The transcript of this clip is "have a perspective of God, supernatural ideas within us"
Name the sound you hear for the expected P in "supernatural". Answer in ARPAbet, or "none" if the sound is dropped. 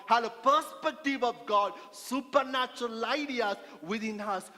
P